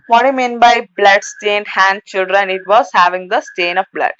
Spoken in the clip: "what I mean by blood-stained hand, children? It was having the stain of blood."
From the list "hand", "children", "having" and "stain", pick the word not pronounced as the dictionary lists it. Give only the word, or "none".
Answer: none